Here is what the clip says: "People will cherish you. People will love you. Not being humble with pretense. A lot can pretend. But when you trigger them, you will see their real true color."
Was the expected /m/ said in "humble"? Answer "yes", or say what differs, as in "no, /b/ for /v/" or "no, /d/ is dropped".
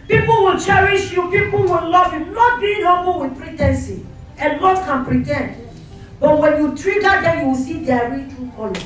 no, /m/ is dropped